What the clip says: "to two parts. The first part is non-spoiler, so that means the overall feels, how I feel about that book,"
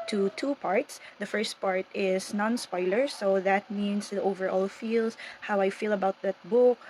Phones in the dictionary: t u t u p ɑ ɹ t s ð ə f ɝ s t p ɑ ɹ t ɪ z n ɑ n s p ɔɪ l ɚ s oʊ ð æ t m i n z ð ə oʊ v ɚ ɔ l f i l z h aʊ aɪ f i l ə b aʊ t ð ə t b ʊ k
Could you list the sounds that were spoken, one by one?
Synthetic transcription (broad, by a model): t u t u p ɑ ɹ t s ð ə f ɝ s t p ɑ ɹ t ɪ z n ɑ n s p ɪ l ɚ s oʊ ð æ t m i n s oʊ v ɚ ɔ l f i l s h aʊ aɪ f i l ə b aʊ t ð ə t b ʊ k